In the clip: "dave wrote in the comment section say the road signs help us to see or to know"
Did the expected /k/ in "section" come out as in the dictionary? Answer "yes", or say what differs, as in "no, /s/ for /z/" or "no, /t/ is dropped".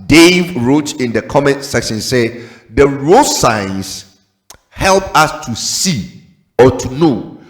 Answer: yes